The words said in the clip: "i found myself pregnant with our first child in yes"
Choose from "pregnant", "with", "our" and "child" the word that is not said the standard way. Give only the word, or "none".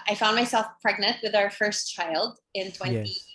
none